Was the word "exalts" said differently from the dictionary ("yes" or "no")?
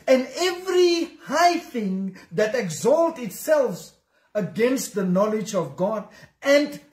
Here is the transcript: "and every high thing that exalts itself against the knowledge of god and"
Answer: yes